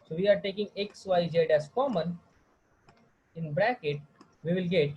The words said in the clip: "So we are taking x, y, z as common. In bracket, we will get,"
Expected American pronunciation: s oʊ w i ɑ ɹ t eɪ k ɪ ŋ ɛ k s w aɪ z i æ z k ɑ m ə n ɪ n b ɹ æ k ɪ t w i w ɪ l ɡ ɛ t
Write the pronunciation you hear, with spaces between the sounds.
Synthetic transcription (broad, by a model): s oʊ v i ɑ ɹ t eɪ k ɪ ŋ ɛ k s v aɪ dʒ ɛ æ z k ɑ m ə n ɪ n b ɹ æ k ɪ t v i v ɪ l ɡ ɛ t